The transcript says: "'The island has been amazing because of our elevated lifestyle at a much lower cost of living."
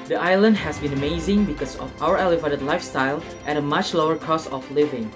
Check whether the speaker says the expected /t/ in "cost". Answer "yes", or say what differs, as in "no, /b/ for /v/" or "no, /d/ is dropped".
no, /t/ is dropped